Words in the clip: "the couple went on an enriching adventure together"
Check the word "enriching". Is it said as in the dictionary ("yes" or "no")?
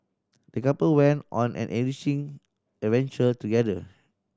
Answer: no